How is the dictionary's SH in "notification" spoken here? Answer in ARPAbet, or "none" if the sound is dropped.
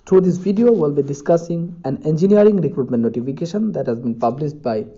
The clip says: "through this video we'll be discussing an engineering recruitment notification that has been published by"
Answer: SH